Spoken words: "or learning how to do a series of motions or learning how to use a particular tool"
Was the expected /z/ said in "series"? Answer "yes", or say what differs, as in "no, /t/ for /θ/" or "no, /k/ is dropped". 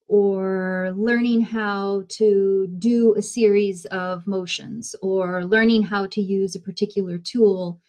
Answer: yes